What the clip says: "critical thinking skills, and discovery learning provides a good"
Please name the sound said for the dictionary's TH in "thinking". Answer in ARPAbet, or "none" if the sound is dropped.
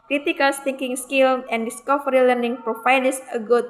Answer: T